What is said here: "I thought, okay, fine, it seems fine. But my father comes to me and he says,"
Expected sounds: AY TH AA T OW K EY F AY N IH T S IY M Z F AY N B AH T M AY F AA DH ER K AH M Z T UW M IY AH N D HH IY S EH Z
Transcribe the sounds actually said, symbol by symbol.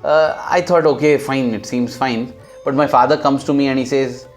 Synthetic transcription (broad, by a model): AY T AA T OW K EY F AY N IH T S IY M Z F AY N B AH T M AY F AA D ER K AH M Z T UW M IY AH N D HH IY S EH Z